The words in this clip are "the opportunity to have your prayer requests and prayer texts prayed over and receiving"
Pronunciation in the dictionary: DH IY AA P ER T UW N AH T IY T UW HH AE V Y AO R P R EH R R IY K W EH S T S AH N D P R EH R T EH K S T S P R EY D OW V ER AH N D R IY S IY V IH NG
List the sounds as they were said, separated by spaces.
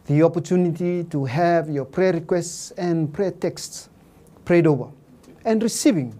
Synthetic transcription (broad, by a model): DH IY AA P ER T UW N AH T IY T UW HH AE V Y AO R P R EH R R IY K W EH S T S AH N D P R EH T EH K S T S P R EY D OW V ER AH N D R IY S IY V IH NG